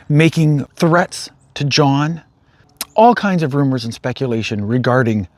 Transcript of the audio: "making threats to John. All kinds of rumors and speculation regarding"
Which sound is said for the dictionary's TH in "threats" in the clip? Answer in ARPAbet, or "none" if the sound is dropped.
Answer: TH